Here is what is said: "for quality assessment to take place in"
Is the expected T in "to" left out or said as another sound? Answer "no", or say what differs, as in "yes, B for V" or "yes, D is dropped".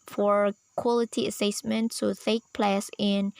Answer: yes, S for T